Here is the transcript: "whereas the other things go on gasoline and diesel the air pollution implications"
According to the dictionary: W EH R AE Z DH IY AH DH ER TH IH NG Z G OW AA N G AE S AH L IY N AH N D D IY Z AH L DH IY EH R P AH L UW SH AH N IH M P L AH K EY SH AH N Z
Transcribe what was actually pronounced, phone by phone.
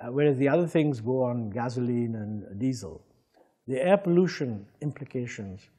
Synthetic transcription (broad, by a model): W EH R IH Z DH IY AH DH ER TH IH NG Z G OW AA N G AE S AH L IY N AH N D D IY Z AH L DH IY EH R P AH L UW SH AH N IH M P L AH K EY SH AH N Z